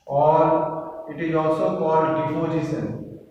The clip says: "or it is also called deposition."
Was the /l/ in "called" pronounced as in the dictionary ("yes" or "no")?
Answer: no